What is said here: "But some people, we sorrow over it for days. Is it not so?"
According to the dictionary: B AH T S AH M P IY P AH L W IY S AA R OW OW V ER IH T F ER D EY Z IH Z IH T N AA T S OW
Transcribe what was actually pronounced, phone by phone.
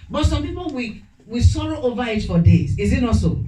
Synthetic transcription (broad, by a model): B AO T S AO M P IY P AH W W IY S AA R OW OW V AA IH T F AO D EY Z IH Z IH T N AA T S OW